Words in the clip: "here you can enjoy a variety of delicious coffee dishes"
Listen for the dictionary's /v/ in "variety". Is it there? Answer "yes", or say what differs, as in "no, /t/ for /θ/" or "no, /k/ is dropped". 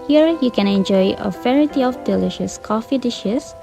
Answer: no, /f/ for /v/